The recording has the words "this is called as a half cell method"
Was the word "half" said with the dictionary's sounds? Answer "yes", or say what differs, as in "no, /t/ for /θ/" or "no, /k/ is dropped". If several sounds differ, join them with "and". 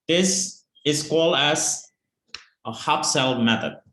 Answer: no, /p/ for /f/